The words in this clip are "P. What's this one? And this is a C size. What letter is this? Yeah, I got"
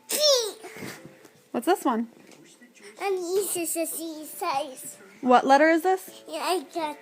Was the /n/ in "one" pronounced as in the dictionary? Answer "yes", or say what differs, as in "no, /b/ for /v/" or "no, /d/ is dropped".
yes